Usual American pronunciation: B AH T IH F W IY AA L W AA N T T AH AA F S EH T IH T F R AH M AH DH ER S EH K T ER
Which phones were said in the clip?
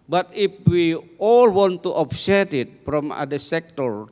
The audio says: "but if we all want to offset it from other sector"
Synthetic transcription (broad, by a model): B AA T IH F W IY AA L W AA N T T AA P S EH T IH T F R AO M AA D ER S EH K T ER